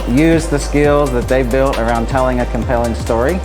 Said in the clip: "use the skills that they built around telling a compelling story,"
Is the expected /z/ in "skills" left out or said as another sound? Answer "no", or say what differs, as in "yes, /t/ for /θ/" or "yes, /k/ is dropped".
no